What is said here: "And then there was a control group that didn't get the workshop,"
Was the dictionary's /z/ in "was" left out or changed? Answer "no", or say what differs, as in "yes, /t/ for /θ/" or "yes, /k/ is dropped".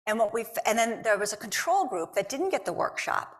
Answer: no